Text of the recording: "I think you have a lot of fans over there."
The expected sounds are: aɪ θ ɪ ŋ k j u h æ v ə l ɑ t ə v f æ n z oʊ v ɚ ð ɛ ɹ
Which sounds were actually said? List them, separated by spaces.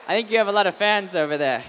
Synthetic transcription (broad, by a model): aɪ θ ɪ ŋ k j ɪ v ə l ɑ t ə v f æ n z oʊ v ɚ ð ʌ ɹ